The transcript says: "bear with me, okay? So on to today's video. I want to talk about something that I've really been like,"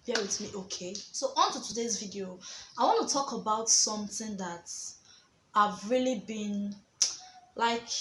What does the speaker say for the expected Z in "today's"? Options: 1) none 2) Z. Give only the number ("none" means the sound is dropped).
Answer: 2